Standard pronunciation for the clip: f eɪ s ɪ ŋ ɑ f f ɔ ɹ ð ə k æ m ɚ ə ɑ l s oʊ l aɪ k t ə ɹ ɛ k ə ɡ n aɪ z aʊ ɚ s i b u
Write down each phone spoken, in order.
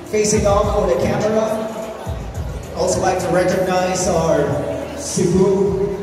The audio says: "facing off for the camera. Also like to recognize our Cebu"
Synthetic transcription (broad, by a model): f eɪ s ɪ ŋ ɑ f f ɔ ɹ ð ə k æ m ɚ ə ɑ l s oʊ l aɪ k t ə ɹ ɛ k ə ɡ n aɪ z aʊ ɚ s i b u